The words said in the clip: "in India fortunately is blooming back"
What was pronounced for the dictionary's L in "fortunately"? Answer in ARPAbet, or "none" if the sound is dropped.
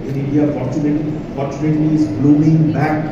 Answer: N